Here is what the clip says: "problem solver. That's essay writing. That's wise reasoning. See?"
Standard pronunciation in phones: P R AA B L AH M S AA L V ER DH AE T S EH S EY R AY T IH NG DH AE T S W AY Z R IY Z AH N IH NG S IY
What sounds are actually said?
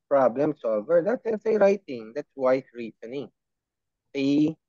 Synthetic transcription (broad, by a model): P R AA B L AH M S AA L V ER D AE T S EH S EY R AY T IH NG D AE T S W AY S R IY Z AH N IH NG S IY